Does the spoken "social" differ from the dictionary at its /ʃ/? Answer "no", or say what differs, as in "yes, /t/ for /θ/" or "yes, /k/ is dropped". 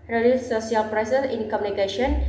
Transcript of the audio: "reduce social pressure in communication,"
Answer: yes, /ʃ/ is dropped